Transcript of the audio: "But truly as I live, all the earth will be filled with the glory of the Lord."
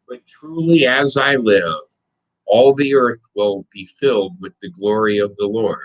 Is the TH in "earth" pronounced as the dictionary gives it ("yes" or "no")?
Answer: yes